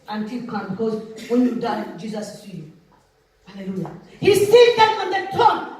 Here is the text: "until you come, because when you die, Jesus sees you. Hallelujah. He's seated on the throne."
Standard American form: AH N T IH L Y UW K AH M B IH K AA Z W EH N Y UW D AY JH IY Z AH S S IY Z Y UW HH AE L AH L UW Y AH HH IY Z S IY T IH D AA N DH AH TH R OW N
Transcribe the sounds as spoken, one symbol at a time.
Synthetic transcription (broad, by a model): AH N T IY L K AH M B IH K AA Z W EH N Y UW D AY JH IY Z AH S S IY Y UW HH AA L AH L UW Y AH HH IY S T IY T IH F AA N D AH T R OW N